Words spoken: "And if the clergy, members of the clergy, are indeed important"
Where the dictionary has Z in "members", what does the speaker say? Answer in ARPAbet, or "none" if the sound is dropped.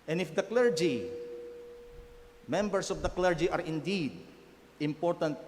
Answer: S